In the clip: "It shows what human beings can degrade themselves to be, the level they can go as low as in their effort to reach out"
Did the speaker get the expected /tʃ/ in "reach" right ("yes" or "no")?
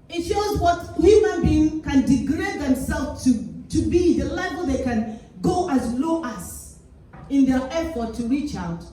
yes